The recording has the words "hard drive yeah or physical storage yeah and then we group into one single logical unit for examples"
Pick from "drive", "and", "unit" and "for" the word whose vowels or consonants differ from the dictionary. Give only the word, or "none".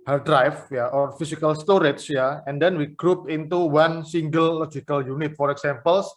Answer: drive